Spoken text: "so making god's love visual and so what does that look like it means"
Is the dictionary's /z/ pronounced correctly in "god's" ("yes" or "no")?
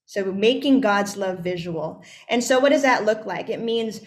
yes